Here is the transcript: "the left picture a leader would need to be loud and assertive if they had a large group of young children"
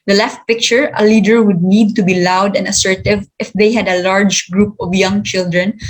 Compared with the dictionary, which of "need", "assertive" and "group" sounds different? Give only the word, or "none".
none